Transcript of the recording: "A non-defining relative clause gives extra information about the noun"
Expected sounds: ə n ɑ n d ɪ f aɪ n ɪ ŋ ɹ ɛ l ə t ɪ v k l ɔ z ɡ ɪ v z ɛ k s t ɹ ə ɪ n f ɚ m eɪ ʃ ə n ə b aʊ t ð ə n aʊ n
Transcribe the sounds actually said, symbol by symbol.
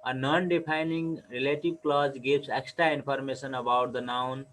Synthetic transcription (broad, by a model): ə n ɑ n d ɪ p aɪ n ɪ ŋ ɹ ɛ l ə t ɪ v k l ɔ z ɡ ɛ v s ɛ k s t ɹ ə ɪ n p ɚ m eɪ s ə n ə b aʊ t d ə n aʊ n